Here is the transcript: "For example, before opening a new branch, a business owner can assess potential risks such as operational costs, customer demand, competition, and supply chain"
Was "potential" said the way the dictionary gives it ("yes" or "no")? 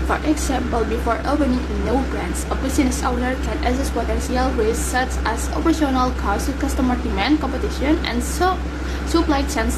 no